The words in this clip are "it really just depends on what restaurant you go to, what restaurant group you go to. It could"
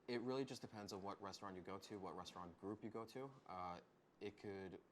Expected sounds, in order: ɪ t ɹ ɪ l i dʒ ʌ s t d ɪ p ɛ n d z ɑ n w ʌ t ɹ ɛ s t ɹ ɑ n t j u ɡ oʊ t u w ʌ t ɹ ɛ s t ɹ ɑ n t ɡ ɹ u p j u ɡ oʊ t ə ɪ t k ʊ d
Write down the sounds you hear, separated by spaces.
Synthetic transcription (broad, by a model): ɪ t ɹ ɪ l i dʒ ʌ s d ɪ p ɛ n d z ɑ n w ʌ t ɹ ɛ s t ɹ ɑ n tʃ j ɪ ɡ oʊ t u w ʌ t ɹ ɛ s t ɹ ɑ n ɡ ɹ u p j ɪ ɡ oʊ t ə ɪ t k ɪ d